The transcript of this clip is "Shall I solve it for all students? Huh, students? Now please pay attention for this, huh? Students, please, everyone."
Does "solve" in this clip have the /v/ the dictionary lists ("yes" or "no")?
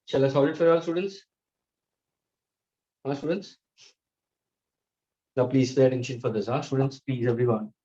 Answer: no